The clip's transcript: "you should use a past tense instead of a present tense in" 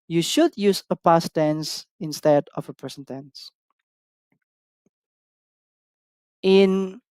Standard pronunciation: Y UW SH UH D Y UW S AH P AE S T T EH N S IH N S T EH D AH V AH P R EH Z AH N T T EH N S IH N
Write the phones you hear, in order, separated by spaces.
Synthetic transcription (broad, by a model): Y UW SH UH D Y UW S AH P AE S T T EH N S IH N S T EH D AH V AH P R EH S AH N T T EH N S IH N